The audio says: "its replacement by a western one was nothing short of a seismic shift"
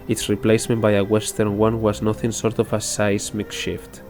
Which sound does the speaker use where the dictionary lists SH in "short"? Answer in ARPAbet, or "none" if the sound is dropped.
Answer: S